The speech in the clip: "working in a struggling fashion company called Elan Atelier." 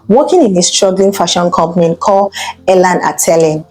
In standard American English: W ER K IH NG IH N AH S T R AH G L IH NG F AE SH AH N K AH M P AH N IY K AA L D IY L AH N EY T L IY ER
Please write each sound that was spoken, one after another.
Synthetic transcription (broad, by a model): W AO K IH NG IH N AH S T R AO G L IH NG F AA SH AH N K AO M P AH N K AA L EH L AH N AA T L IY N